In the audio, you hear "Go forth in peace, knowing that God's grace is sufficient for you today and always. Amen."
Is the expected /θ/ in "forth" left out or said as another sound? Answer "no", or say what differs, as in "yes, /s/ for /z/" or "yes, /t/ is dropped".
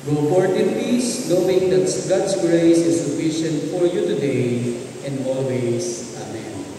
yes, /t/ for /θ/